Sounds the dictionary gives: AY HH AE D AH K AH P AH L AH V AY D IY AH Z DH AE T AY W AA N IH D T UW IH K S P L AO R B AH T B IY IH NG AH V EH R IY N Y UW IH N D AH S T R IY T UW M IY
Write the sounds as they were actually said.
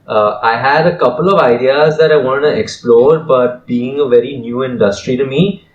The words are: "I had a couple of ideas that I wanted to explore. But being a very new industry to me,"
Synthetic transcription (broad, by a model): AY HH AE D AH K AH P AH L AH V AY D IY AH Z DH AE T AY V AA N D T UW IH K S P L AO R B AH T B IY IH NG AH V EH R IY N Y UW IH N D AH S T R IY T UW M IY